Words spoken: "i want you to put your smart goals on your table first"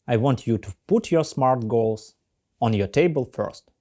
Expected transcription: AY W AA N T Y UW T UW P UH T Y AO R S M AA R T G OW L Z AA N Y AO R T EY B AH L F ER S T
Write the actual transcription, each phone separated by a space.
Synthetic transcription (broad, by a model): AY W AA N T Y UW T UW P UH T Y AO R S M AA R T G OW L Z AA N Y AO R T EY B AH L F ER S T